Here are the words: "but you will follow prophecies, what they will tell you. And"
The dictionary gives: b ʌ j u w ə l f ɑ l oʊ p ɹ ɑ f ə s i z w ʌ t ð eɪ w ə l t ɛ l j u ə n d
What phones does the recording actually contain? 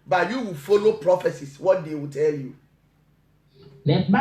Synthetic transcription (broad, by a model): b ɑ j u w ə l f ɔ l oʊ p ɹ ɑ f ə s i s w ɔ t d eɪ w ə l t ɛ l j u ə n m